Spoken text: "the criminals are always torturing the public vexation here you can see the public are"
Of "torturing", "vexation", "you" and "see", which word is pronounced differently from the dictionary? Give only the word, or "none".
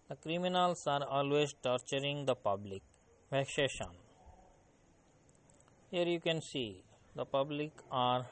vexation